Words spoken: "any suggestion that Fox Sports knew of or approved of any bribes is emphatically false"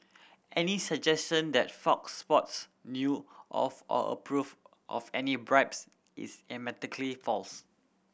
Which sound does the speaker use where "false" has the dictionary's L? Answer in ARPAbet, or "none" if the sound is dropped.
L